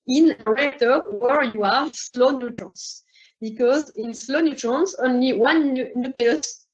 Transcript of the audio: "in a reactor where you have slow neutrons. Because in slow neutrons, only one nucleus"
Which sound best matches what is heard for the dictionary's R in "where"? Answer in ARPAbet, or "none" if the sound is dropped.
R